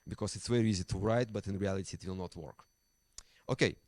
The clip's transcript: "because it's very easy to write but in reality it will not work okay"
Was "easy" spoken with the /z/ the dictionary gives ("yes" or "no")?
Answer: yes